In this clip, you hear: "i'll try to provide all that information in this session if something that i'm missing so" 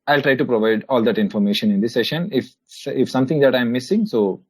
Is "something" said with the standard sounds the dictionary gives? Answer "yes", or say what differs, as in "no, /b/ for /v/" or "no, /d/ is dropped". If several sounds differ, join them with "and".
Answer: no, /t/ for /θ/